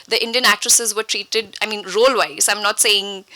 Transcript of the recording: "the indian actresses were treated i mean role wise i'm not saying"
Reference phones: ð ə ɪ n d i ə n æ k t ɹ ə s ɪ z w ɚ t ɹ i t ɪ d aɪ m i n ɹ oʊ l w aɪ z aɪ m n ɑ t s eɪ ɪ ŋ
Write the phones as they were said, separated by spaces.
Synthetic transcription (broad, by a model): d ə ɪ n d i ə n æ k t ɹ ə s ɪ z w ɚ t ɹ i t ɪ d aɪ m i n ɹ oʊ l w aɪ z aɪ m n ɑ t s eɪ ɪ ŋ